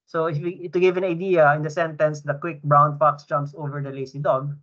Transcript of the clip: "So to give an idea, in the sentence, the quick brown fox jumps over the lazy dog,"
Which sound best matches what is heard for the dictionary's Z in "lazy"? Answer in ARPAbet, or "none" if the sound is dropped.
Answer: S